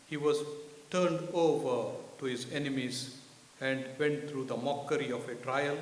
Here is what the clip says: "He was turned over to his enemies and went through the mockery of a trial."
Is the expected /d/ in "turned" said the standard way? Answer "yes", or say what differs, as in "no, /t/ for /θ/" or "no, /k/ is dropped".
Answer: yes